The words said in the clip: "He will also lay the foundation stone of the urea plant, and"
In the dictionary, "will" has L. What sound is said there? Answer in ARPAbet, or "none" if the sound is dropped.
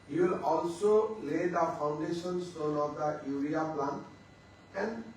L